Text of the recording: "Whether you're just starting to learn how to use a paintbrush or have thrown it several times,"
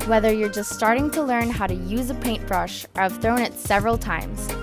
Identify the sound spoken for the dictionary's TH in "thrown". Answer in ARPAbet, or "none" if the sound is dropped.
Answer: TH